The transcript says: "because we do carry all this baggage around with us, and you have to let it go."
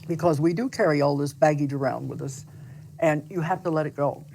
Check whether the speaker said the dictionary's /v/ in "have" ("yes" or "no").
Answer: no